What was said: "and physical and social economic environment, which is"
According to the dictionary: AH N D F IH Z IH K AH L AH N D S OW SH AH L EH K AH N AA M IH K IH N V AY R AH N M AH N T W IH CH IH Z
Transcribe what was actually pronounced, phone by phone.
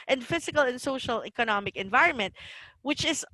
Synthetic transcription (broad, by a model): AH N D F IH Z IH K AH L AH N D S OW SH AH L EH K AH N AA M IH K IH N V AY R AH N M AH N T W IH CH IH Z